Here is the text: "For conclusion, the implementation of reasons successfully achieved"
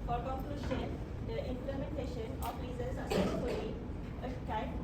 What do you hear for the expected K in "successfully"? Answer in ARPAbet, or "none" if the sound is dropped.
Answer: none